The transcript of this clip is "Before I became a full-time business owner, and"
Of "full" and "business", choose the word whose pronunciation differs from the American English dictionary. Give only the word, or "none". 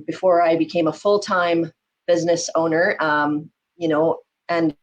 none